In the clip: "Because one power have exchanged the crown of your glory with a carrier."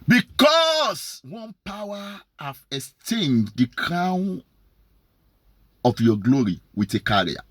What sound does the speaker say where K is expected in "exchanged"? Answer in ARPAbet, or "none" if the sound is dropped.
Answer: none